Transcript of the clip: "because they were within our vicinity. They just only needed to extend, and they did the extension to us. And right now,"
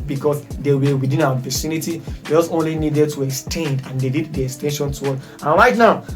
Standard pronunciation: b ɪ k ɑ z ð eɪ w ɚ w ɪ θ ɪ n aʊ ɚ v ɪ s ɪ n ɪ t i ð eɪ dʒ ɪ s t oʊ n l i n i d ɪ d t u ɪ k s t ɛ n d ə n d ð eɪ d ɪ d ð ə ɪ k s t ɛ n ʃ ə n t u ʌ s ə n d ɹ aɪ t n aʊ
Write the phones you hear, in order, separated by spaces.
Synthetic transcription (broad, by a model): b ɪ k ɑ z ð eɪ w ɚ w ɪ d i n aʊ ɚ p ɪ s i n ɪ t i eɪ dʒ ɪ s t oʊ n l i n i d ɪ d t u ɪ k s t ɛ n d ə n d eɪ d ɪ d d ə ɪ k s t ɛ n ʃ ə n t u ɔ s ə n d ɹ aɪ t n aʊ